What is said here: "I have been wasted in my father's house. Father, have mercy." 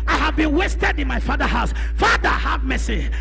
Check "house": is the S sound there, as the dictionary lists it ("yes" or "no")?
yes